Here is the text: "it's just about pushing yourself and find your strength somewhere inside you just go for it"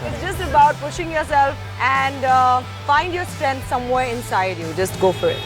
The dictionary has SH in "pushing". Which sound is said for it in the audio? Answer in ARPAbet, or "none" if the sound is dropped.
SH